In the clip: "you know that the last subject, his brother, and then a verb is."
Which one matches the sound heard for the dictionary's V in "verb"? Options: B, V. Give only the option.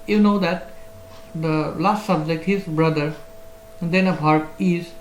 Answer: B